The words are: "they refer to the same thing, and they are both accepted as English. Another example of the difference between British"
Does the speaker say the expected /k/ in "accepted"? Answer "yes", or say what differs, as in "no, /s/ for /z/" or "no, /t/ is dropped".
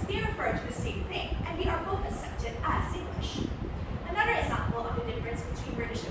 no, /k/ is dropped